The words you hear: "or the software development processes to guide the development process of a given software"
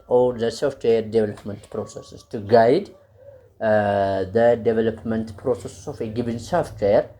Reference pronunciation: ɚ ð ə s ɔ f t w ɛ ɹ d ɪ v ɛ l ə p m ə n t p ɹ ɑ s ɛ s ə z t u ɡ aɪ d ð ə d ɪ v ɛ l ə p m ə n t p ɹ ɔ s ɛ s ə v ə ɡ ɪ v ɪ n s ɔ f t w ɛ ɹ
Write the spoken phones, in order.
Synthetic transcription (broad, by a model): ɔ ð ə s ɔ f t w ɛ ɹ d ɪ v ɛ l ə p m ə n t p ɹ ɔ s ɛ s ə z t u ɡ aɪ d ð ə d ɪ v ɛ l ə p m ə n t p ɹ ɔ s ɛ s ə f ə ɡ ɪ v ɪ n s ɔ f t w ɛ ɹ